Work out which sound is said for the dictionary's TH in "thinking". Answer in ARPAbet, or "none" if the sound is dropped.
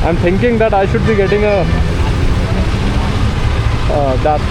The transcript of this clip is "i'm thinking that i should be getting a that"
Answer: T